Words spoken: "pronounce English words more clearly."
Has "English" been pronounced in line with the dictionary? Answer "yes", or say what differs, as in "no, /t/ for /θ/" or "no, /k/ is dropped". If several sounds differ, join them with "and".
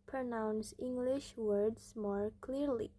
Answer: yes